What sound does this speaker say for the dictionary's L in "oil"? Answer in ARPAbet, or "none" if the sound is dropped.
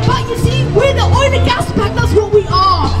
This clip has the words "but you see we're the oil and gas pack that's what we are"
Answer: N